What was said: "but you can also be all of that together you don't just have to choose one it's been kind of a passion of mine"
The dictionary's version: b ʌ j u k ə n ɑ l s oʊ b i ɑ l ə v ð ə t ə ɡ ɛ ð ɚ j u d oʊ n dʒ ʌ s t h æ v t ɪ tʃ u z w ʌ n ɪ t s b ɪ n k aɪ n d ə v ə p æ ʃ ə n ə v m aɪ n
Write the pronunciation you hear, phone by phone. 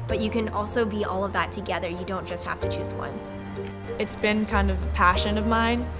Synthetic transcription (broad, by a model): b ʌ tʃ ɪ k ə n ɑ l s oʊ b i ɑ l ə v ð ə t ə ɡ ɛ ð ɚ j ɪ d oʊ n dʒ ʌ s t h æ f t ɪ tʃ u z w ʌ n ɪ t s b ɪ n k aɪ n d ə v ə p æ ʃ ə n ə v m aɪ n